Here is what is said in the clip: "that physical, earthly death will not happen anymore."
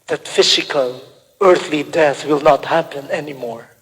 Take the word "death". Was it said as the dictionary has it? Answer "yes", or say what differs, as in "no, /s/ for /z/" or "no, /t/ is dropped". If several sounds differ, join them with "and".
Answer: yes